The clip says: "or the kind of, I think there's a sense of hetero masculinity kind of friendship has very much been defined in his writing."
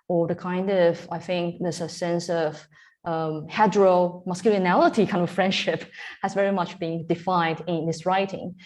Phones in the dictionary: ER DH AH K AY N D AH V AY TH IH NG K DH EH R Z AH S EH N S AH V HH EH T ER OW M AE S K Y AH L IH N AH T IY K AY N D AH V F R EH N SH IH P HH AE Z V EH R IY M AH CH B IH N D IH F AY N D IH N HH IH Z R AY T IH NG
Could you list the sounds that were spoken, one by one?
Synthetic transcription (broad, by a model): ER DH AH K AY N D AH V AY TH IH NG K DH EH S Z AH S EH N S AH V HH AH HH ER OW M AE S K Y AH L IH N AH T IY K AY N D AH F R EH N SH IH P HH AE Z V EH R IY M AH CH B IH N D IH F AY N D IH N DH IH S R AY T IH NG